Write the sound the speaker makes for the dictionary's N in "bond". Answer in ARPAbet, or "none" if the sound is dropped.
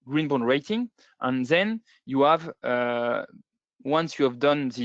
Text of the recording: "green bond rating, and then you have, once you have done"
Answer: none